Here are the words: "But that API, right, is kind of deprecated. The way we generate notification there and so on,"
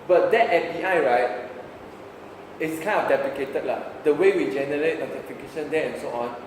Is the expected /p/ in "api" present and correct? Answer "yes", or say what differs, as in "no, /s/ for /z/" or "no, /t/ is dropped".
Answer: no, /f/ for /p/